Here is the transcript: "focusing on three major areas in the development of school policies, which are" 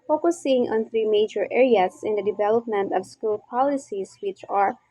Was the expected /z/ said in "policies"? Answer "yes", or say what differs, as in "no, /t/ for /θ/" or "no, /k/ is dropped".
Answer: no, /s/ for /z/